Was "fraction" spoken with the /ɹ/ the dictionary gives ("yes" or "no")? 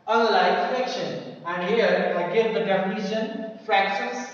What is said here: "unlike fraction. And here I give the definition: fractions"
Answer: no